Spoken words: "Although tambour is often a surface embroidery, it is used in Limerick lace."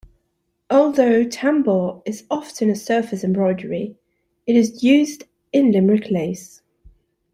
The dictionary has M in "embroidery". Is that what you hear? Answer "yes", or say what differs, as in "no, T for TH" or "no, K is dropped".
yes